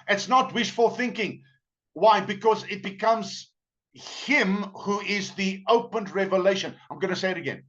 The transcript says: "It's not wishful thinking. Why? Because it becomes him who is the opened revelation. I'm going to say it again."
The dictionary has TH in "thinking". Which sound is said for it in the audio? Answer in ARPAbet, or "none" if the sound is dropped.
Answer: TH